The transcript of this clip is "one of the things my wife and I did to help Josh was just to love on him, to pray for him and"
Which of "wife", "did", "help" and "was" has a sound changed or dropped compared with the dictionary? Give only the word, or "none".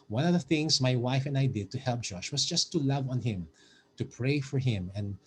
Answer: was